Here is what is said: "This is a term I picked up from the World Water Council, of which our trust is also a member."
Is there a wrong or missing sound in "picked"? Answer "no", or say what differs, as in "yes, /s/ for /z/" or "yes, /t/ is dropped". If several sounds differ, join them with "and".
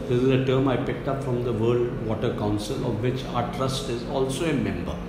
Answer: no